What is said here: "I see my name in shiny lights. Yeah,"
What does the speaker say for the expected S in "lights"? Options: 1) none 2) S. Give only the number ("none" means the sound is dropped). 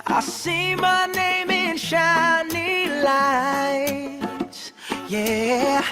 1